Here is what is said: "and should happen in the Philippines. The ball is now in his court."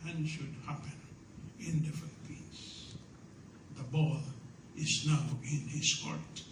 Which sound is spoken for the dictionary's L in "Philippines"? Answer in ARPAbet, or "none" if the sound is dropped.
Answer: N